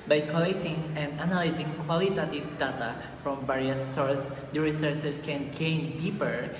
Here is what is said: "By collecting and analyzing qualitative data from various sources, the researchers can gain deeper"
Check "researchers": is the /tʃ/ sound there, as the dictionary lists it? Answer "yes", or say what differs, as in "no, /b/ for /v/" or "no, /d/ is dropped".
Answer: no, /s/ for /tʃ/